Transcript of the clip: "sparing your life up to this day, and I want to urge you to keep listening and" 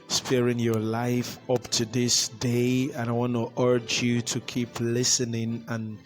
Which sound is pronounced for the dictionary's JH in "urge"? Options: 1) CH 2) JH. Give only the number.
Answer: 2